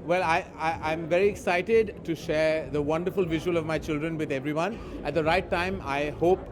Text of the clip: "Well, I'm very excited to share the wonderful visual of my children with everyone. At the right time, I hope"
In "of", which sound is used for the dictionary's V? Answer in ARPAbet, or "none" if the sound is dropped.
V